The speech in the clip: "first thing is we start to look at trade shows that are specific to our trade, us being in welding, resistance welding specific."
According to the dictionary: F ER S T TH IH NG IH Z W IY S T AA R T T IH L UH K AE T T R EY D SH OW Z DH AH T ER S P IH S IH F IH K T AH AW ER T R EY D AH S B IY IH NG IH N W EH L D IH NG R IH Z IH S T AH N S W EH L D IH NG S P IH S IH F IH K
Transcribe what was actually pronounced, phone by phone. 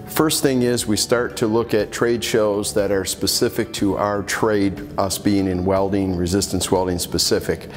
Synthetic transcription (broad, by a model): F ER S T TH IH NG IH Z W IY S T AA R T T IH L UH K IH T T R EY D SH OW Z DH AH T ER S P IH S IH F IH K T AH AW ER T R EY D AH S B IY IH NG IH N W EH L D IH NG R IH Z IH S T AH N S W EH L D IH NG S P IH S IH F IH K